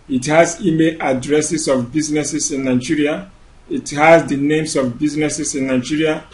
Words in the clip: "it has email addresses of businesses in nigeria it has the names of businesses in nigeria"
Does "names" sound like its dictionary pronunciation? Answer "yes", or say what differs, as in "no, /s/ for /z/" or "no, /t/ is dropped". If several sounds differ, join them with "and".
no, /s/ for /z/